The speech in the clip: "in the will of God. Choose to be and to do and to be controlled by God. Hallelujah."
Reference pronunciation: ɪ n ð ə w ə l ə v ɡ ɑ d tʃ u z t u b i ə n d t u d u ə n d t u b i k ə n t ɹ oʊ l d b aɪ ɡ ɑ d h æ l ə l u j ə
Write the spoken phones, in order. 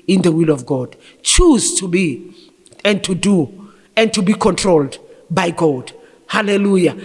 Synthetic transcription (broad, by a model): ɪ n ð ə w ə l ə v ɡ ɑ d tʃ u z t u b i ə n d t u d u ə n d t u b i k ə n t ɹ oʊ l d b aɪ ɡ ɑ d h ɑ l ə l u j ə